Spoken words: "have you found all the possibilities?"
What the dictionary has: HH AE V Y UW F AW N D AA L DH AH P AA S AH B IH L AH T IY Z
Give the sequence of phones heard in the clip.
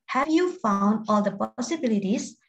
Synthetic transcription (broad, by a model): HH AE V Y UW F AW N D AA L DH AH P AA S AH B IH L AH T IY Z